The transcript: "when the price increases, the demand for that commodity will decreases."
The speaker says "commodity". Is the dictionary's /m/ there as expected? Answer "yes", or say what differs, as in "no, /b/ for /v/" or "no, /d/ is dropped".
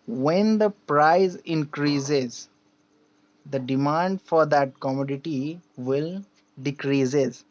yes